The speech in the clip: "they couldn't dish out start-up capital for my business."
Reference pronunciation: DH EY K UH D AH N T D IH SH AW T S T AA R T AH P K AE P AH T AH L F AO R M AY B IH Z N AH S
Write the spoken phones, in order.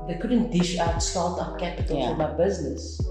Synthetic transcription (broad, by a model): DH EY K UH D AH N T D IH SH AW T S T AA L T AH P K AE P AH T AH L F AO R M AY B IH Z N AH S